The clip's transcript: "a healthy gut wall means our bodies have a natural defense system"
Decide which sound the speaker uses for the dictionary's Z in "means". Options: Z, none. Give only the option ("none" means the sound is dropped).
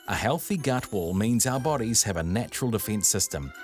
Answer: Z